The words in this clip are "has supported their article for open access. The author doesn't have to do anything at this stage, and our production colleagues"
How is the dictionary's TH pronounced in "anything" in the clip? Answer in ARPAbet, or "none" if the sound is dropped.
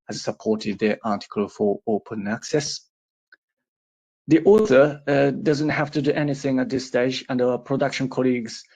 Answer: TH